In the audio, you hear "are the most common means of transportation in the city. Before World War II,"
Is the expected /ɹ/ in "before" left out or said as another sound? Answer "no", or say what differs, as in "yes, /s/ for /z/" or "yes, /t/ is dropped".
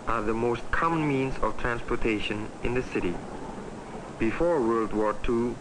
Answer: no